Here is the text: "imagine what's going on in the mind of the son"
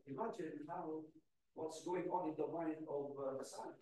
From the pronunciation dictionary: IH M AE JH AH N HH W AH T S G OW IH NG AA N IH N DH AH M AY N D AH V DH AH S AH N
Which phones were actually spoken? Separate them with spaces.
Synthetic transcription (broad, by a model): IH M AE JH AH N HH W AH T S G OW IH NG AA N IH N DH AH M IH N AH V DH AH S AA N